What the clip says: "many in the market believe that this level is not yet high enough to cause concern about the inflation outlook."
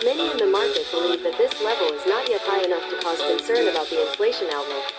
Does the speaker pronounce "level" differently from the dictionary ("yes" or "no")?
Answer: no